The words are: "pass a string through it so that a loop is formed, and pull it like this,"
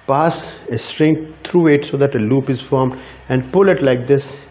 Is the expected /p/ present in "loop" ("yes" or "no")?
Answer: yes